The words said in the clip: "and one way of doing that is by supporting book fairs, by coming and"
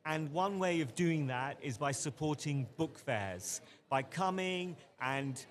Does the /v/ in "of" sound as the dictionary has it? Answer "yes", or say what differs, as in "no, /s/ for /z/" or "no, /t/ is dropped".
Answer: yes